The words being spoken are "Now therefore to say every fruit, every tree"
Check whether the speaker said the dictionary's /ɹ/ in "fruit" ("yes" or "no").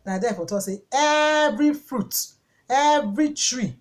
yes